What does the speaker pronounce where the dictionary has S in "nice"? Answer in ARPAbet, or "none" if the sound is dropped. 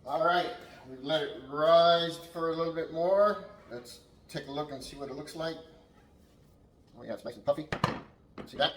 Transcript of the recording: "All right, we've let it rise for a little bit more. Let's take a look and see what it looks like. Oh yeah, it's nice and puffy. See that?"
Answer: none